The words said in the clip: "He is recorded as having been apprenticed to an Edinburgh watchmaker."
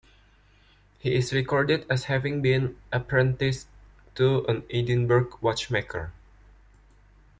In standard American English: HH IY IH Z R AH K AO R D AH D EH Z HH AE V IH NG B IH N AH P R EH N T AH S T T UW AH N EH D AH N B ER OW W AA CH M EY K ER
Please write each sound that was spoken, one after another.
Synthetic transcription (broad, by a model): HH IY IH S R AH K AO R D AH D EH S HH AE V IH NG B IH N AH P R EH N T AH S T T UW AH N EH D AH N B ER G W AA CH M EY K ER